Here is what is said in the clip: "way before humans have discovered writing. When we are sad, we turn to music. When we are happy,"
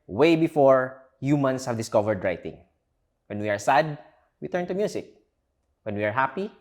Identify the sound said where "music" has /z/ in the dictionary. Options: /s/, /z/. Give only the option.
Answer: /s/